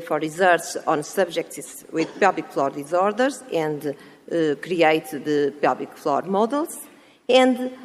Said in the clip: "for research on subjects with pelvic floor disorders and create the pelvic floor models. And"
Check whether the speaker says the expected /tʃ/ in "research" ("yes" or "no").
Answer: no